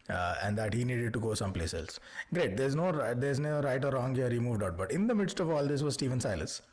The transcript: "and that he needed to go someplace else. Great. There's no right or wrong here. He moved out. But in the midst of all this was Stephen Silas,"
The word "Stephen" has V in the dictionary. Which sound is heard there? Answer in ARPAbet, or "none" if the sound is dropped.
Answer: V